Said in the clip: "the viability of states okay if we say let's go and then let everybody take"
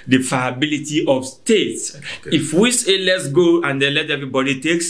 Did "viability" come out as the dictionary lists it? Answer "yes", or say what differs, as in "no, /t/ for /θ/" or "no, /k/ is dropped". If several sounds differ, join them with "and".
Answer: no, /f/ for /v/